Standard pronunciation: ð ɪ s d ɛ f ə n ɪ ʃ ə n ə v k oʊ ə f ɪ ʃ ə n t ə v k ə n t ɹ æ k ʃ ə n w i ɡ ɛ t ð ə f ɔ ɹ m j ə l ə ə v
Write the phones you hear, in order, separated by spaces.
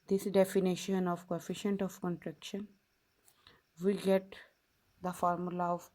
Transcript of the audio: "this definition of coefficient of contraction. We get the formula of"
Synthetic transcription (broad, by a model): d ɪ s d ɛ f ə n ɪ ʃ ə n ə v k oʊ ə f ɪ ʃ ə n t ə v k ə n t ɹ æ k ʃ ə n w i ɡ ɛ t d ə f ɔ ɹ m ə l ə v